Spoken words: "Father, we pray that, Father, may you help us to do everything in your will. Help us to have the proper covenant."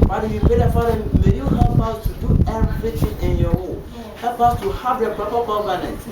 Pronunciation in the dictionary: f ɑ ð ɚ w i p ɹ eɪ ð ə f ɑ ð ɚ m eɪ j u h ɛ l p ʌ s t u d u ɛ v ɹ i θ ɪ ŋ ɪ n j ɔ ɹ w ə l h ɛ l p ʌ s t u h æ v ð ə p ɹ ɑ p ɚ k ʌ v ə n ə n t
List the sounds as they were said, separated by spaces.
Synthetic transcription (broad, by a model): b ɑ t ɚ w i p ɹ eɪ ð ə f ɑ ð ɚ m eɪ j u h ɛ l p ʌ s t u d u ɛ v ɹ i t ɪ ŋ ɪ n j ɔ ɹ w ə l h ɛ l p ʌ s t u h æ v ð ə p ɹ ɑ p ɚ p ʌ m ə n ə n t